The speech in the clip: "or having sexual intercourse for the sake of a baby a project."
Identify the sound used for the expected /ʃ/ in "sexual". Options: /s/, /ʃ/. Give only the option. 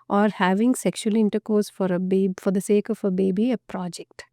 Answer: /ʃ/